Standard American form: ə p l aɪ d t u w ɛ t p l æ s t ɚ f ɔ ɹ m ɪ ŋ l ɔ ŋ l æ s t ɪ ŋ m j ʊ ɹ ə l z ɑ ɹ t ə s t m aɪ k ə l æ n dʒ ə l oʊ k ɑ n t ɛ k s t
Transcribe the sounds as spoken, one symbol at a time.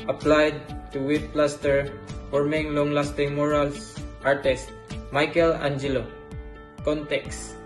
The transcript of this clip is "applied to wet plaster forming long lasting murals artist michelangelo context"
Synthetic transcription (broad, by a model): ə p l aɪ d t u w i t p l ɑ s t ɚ f ɔ ɹ m ɪ ŋ l ɔ ŋ l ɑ s t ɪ ŋ m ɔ ɹ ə l s ɑ ɹ t ə s t m aɪ k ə l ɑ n dʒ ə l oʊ k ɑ n t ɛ k s